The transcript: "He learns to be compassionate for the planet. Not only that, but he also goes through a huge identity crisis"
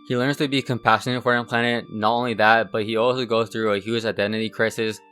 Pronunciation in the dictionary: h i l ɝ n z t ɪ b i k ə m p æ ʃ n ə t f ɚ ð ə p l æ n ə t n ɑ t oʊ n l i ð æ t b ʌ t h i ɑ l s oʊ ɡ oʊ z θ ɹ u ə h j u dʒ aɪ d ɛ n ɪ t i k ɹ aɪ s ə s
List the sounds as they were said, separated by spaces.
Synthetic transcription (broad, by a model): h i l ɝ n z t ɪ b i k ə m p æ ʃ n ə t f ɚ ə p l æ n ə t n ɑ t oʊ n l i ð æ t b ʌ t h i ɑ l s oʊ ɡ oʊ z θ ɹ u ə h j u dʒ aɪ d ɛ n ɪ t i k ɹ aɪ s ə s